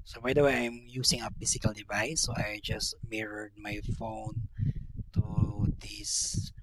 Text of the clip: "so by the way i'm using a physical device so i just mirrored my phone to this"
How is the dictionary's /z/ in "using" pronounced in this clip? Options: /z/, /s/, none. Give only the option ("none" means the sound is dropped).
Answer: /s/